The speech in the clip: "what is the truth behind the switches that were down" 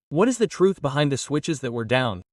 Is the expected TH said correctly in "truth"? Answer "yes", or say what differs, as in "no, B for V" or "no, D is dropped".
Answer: yes